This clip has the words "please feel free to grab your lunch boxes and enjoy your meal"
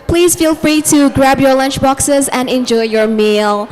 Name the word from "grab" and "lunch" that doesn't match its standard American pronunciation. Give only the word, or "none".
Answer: none